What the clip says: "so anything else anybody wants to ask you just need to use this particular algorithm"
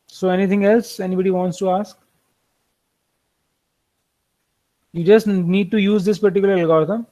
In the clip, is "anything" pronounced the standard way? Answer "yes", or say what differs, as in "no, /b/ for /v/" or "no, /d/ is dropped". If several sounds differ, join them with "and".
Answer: no, /t/ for /θ/